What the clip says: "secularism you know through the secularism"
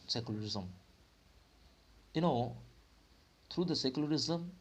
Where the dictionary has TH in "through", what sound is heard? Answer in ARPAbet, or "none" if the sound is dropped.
T